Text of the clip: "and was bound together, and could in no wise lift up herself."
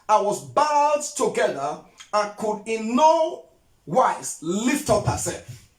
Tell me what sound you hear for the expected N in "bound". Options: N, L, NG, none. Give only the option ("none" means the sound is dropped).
none